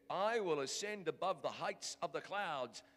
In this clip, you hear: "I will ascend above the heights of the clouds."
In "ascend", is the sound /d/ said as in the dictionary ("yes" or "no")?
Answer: yes